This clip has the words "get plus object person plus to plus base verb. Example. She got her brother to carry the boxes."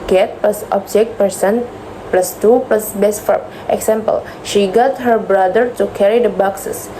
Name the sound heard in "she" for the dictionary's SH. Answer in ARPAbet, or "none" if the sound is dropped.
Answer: SH